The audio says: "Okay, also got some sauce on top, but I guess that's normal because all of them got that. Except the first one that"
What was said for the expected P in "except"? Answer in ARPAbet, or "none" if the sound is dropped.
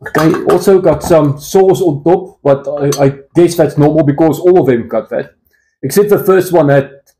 none